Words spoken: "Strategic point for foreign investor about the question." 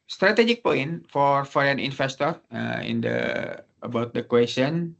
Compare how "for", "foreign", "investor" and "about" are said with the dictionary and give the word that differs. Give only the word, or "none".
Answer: investor